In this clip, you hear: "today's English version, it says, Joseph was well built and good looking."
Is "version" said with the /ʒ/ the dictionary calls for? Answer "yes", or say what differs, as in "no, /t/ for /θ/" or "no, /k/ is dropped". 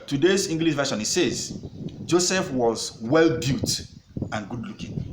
no, /ʃ/ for /ʒ/